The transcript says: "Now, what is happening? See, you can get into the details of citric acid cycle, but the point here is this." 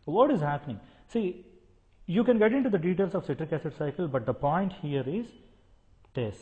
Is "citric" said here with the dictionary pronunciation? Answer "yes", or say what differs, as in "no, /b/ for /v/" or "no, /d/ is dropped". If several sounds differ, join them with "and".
yes